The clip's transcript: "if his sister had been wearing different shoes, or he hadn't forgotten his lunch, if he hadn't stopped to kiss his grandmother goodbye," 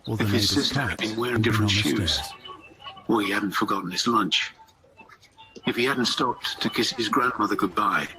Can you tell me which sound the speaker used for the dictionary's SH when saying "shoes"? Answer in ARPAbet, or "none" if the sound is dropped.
SH